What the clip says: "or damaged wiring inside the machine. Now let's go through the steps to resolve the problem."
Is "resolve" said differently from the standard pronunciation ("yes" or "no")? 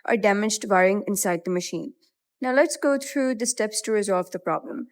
no